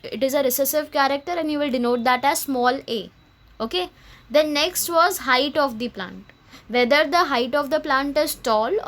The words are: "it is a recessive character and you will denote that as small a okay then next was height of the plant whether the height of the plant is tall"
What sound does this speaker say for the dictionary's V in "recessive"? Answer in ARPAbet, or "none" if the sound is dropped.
V